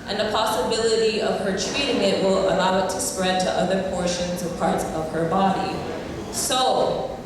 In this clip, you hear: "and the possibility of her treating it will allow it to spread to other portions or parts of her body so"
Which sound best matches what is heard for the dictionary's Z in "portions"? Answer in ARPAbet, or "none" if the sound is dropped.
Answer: Z